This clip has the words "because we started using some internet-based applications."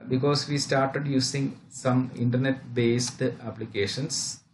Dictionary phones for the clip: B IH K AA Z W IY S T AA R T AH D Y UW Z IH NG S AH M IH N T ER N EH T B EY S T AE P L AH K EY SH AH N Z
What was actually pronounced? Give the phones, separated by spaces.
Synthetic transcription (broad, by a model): B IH K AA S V IY S T AA R T AH D Y UW S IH NG S AH M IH N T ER N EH T B EY S T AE P L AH K EY SH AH N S